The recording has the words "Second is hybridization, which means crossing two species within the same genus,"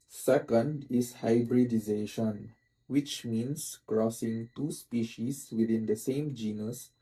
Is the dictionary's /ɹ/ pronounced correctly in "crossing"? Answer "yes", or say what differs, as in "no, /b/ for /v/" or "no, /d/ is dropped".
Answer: yes